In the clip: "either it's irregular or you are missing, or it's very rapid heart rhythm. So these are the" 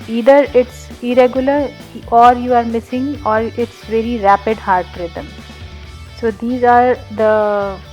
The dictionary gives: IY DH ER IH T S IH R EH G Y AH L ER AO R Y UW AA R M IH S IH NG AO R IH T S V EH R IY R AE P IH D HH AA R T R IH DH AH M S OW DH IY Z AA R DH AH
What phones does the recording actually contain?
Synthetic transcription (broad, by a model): IY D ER IH T S IH R EH G Y AH L ER AO R Y UW AA R M IH S IH NG AO R IH T S V EH R IY R AE P IH D HH AA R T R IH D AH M S OW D IY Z AA R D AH